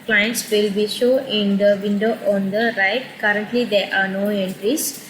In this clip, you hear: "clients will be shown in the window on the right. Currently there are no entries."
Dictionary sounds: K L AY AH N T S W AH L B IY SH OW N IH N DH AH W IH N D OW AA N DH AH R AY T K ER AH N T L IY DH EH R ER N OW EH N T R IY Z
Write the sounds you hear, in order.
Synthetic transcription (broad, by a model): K L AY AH N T S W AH L B IY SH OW IH N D AH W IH N D OW AA N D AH R AY T K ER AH N T L IY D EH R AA N OW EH N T R IY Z